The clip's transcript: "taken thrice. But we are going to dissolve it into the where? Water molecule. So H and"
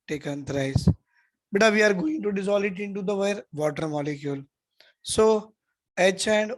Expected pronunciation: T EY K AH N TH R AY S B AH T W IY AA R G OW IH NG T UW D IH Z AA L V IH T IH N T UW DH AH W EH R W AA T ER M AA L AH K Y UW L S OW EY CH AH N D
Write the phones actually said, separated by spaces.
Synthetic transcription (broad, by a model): T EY K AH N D R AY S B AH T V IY AA R G OW IH NG T UW D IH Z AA L IH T IH N T UW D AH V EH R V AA T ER M AA L AH K Y UW L S OW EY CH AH N D